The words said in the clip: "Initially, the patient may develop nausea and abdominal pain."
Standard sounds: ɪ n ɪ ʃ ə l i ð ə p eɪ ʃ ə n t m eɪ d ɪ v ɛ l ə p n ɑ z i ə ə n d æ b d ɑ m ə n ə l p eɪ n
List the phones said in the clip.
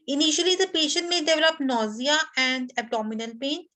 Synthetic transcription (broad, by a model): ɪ n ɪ ʃ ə l i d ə p eɪ ʃ ə n t m eɪ d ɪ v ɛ l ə p n ɑ z i ə ə n d æ b d ɑ m ə n ə l p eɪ n